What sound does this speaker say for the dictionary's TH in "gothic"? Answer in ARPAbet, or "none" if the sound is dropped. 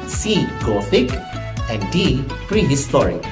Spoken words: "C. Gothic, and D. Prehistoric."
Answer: F